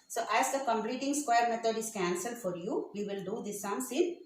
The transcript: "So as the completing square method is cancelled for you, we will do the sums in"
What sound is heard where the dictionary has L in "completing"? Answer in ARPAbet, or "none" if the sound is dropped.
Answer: L